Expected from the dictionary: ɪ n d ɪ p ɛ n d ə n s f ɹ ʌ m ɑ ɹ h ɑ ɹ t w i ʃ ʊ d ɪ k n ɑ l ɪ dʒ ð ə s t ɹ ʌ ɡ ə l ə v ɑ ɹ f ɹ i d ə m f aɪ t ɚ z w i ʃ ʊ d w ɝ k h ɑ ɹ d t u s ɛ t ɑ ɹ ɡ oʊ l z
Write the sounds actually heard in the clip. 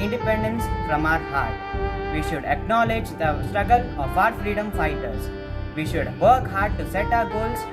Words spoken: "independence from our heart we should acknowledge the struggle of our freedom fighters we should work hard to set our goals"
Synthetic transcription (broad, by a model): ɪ n d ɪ p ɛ n d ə n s p ɹ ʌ m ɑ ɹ h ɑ ɹ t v i ʃ ʊ d ɪ k n ɑ l ɪ dʒ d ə s t ɹ ʌ ɡ ə l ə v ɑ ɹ f ɹ i d ə m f aɪ t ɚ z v i ʃ ʊ d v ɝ k h ɑ ɹ d t u s ɛ t ɑ ɹ ɡ oʊ l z